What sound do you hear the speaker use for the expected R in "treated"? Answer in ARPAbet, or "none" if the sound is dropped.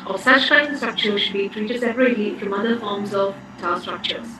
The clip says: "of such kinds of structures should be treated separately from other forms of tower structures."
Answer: R